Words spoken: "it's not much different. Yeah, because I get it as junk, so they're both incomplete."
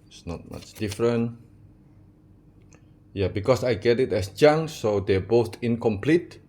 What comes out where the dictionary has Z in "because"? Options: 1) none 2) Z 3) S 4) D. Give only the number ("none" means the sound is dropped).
3